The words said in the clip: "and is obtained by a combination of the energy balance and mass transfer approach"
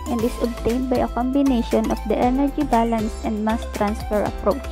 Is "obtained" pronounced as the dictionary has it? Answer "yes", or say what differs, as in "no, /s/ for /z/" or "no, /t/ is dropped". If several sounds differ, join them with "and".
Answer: yes